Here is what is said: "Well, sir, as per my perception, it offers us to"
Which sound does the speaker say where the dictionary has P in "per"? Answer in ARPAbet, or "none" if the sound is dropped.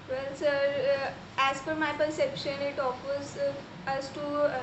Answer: F